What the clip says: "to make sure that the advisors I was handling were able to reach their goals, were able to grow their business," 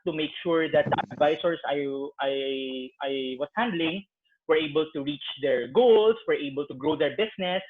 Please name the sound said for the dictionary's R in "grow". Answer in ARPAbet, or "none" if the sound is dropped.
R